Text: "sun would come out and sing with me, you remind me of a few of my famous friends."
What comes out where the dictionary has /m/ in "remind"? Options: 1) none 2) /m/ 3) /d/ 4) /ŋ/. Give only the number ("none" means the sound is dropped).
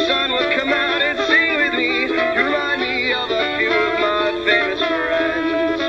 1